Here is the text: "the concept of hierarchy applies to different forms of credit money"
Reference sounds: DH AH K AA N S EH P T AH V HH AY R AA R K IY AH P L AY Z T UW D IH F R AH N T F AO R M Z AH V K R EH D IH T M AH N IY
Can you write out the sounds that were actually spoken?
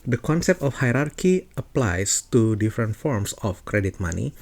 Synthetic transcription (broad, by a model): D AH K AA N S EH P T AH F HH AY R AA R K IY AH P L AY S T UW D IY F R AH N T F AO R M S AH F K R EH D IH T M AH N IY